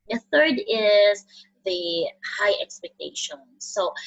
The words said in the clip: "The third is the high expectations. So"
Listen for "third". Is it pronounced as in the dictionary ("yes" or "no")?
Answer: yes